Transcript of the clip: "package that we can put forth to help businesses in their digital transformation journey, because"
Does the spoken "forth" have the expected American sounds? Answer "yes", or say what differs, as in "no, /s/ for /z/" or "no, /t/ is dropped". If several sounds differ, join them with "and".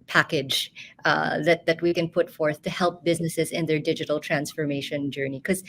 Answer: yes